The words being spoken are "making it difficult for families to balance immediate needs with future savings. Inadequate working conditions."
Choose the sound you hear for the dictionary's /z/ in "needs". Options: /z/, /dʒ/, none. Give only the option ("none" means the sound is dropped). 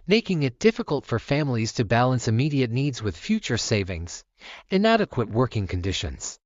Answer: /z/